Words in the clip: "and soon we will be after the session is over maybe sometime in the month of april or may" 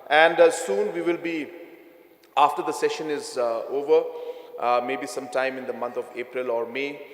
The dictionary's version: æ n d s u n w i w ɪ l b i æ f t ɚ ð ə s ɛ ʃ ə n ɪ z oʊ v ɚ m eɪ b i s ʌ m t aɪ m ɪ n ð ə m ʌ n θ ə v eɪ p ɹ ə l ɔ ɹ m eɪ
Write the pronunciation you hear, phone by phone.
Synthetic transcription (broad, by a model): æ n d s u n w i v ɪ l b i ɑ f t ɚ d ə s ɛ ʃ ə n ɪ z oʊ v ɚ m eɪ b i s ʌ m t aɪ m ɪ n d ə m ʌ n t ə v eɪ p ɹ ə l ɔ ɹ m eɪ